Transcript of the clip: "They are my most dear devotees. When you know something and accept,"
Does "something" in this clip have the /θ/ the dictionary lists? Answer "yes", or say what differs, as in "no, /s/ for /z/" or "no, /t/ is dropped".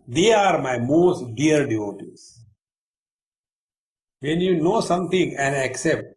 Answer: no, /t/ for /θ/